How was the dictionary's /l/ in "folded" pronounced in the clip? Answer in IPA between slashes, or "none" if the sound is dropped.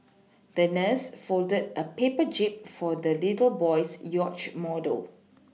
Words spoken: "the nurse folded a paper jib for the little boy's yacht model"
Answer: /l/